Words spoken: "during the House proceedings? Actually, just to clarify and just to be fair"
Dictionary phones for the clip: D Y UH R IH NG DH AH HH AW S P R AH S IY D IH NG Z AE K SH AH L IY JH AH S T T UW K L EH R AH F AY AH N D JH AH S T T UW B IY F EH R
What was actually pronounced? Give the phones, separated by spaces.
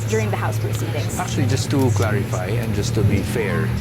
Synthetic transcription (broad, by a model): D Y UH R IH NG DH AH HH AW S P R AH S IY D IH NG AE K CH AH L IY JH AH S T T UW K L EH R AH F AY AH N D JH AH S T T UW B IY F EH R